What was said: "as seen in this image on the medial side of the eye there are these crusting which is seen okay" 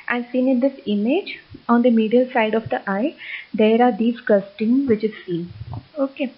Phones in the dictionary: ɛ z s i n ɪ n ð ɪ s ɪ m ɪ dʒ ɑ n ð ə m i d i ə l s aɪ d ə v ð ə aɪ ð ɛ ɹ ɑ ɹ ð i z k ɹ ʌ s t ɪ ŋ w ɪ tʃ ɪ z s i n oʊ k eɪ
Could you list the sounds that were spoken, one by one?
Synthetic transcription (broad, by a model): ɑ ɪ s i n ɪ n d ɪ s ɪ m ɪ dʒ ɑ n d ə m i d i ə l s aɪ d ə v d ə aɪ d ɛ ɹ ɑ ɹ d i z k ʌ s t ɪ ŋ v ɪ tʃ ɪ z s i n oʊ k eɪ